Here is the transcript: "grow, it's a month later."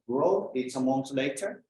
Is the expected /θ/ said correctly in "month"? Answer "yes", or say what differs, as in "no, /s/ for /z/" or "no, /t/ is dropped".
no, /s/ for /θ/